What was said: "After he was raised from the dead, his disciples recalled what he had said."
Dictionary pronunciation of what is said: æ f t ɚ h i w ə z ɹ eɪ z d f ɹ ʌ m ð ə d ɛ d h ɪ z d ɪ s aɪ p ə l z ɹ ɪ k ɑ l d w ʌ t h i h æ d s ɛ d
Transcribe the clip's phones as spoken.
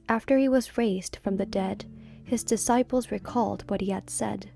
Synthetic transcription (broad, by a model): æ f t ɚ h i w ə z ɹ eɪ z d f ɹ ʌ m ð ə d ɛ d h ɪ z d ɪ s aɪ p l z ɹ ɪ k ɑ l d w ʌ t h i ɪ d s ɛ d